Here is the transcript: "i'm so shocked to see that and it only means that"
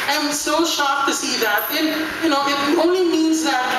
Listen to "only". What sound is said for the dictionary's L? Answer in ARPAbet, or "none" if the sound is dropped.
L